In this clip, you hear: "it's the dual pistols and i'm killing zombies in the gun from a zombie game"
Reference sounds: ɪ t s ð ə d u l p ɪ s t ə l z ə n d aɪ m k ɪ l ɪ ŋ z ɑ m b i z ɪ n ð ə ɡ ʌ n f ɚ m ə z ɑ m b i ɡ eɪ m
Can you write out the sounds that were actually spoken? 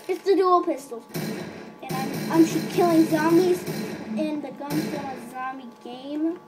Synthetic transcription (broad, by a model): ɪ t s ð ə d u l p ɪ s t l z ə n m aɪ m k ɪ l ɪ ŋ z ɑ m i z ɪ n ð ə ɡ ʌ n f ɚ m ə z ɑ m i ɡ eɪ m